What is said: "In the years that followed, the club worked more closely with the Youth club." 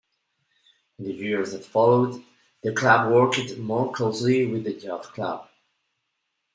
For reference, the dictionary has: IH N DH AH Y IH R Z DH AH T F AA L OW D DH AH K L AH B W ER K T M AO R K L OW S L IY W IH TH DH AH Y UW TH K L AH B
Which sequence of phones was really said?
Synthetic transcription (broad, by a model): IH N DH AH Y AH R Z DH AH T F AA L OW D DH AH K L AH B W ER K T M AO R K L OW S L IY W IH DH AH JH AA F K L AH B